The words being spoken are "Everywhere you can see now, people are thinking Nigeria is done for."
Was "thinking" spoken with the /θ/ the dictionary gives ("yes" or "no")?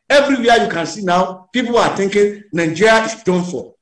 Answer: no